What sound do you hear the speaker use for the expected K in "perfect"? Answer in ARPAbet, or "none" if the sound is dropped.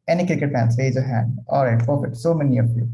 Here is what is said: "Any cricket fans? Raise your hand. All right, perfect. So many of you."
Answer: none